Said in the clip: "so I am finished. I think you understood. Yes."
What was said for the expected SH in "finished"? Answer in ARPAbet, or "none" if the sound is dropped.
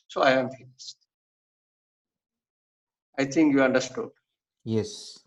S